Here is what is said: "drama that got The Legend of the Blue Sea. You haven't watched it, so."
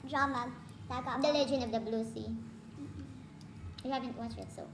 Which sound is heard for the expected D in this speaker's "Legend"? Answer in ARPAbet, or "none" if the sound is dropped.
none